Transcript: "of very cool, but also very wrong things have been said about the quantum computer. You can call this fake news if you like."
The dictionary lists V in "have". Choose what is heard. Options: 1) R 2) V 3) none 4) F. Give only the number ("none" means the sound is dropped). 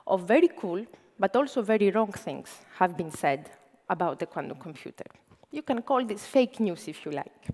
2